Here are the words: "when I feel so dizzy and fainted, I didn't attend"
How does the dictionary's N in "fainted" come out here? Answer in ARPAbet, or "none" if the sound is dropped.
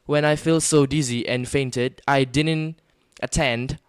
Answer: N